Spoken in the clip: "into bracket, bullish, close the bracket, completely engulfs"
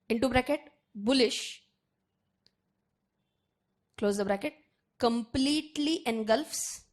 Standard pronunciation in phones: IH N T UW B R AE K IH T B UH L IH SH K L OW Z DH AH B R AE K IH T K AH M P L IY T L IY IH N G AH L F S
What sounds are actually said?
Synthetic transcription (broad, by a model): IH N T UW B R AE K IH T B UH L IH SH K L OW Z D AH B R AE K IH T K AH M P L IY T L IY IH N G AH L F S